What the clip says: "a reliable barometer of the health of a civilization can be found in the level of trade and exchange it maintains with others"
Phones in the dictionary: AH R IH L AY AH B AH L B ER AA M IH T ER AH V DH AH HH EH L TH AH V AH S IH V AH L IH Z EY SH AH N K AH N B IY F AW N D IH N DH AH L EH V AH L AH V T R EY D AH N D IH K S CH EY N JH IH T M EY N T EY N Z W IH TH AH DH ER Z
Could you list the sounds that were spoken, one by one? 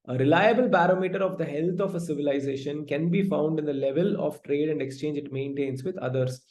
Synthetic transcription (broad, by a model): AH R IH L AY AH B AH L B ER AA M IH T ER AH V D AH HH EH L T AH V AH S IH V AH L IH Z EY SH AH N K AH N B IY F AW N D IH N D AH L EH V AH L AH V T R EY D AH N D IH K S CH EY N JH IH T M EY N T EY N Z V IH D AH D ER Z